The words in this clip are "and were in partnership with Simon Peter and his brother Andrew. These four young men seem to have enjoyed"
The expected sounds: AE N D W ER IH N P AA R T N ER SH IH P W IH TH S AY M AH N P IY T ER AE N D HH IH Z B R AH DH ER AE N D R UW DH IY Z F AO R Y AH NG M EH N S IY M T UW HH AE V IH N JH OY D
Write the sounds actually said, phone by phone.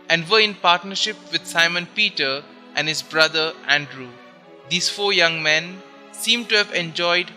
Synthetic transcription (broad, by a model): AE N D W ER IH N P AA R T N ER SH IH P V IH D S AY M AH N P IY T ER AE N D HH IH Z B R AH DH ER AE N D R UW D IY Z F AO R Y AH NG M EH N S IY M T UW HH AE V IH N JH OY D